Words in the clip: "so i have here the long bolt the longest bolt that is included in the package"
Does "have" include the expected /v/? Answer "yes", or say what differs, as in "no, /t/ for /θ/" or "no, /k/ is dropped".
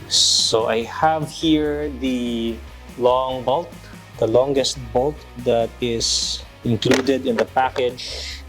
yes